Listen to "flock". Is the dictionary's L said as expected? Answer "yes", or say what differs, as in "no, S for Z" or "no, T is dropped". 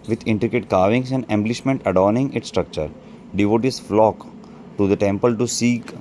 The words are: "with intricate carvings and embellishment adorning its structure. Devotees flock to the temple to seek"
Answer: yes